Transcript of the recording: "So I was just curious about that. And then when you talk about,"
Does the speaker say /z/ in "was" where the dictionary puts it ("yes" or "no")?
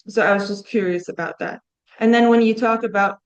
yes